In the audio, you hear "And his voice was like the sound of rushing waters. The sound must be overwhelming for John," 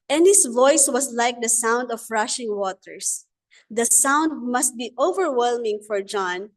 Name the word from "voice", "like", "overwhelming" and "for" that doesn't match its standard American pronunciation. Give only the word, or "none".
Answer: none